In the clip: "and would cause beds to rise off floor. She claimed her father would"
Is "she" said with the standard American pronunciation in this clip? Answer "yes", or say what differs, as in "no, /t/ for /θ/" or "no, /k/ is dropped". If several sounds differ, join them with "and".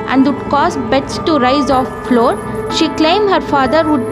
yes